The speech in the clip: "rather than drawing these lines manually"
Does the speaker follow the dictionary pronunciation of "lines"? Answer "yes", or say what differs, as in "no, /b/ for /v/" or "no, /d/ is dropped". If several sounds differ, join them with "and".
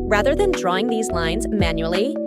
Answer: yes